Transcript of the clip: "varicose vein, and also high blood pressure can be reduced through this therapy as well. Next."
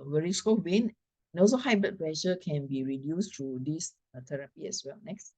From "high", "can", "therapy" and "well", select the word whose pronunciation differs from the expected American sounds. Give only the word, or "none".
therapy